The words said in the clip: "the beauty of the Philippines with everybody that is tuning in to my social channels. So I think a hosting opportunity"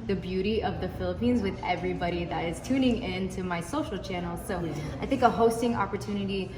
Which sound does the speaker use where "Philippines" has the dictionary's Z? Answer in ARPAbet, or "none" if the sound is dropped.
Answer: Z